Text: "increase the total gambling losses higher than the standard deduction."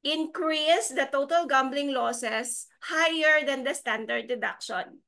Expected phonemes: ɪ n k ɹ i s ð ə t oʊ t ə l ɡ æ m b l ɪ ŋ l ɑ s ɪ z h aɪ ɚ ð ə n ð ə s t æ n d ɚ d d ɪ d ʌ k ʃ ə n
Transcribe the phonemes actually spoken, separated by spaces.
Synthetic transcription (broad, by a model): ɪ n k ɹ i s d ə t oʊ t ə l ɡ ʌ m b l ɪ ŋ l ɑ s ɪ s h aɪ ɚ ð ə n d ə s t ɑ n d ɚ d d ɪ d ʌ k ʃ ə n